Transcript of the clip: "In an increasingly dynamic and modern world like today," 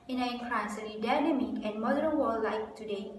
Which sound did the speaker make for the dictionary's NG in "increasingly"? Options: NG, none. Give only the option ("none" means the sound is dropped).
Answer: none